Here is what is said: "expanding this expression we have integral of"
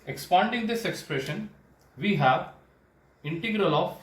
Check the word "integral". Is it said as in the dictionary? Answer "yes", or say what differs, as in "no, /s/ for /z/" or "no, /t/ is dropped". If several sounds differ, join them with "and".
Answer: yes